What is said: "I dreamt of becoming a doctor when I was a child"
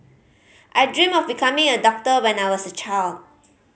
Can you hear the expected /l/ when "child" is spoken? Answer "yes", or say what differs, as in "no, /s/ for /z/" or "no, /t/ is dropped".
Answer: yes